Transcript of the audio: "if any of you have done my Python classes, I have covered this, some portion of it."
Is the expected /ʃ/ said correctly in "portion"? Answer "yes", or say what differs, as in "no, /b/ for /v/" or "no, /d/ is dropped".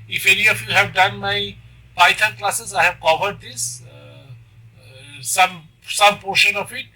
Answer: yes